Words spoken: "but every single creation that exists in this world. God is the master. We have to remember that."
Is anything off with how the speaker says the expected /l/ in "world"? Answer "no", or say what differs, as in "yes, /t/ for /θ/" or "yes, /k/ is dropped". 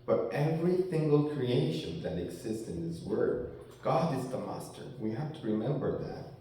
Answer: yes, /l/ is dropped